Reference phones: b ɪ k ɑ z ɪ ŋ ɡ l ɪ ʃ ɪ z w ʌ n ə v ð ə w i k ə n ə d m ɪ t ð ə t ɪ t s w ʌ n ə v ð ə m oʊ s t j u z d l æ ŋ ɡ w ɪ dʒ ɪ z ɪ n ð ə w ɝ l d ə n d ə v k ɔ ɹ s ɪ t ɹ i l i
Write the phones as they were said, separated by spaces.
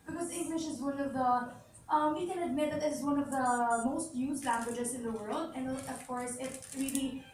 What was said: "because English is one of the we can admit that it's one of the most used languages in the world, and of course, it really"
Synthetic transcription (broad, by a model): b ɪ k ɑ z ɪ ŋ ɡ l ɪ ʃ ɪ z w ʌ n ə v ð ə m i k ə n ə d m ɪ t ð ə t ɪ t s w ʌ n ə v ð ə m oʊ s t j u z l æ ŋ ɡ w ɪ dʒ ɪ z ɪ n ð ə w ɝ l d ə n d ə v k ɔ ɹ s ɪ t ɹ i l i